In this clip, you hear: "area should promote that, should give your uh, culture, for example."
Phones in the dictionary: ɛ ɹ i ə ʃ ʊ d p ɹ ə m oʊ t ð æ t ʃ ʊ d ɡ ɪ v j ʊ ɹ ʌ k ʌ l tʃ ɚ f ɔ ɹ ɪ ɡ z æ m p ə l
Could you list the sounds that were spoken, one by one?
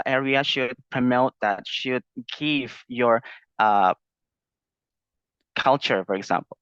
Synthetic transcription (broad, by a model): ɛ ɹ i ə ʃ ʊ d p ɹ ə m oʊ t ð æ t ʃ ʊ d ɡ ɪ v j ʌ ɹ ʌ k ʌ l tʃ ɚ f ɔ ɹ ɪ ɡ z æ m p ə l